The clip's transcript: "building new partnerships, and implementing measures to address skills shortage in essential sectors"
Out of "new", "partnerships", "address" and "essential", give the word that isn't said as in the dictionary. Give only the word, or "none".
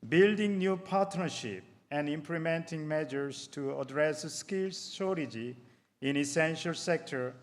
partnerships